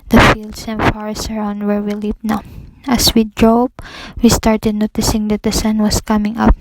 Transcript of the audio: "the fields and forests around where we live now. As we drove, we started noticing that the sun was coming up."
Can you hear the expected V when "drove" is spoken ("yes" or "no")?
no